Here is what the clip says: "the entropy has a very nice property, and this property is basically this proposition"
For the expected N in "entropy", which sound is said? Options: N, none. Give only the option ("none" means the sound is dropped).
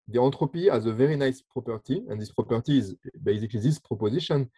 none